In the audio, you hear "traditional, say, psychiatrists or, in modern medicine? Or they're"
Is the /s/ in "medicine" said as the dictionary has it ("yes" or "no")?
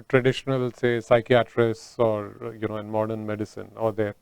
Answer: yes